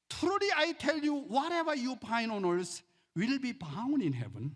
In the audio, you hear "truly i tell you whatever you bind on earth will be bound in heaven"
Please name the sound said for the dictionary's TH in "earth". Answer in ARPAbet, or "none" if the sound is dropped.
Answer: S